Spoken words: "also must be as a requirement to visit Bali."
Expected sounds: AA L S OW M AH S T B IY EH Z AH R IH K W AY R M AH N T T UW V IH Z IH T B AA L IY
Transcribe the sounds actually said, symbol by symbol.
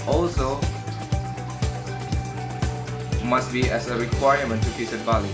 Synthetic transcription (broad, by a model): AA L S OW M AH S T B IY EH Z AH R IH K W AY R M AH N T T UW F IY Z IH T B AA L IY